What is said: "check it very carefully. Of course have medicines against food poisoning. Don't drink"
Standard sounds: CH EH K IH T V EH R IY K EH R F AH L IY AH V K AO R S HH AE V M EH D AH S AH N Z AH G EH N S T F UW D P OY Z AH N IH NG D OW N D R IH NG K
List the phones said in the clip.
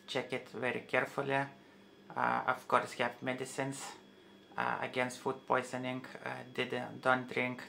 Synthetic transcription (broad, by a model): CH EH K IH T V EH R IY K EH R F AH L IY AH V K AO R S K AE P M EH D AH S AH N S AH G EH N S T F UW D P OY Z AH N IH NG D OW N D R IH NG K